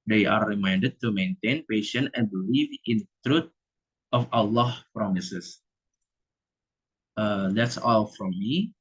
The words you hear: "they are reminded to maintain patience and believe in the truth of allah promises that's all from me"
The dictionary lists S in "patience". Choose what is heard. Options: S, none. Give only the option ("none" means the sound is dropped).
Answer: none